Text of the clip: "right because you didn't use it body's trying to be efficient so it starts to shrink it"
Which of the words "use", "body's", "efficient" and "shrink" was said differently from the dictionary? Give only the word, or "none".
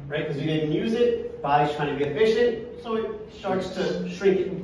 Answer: body's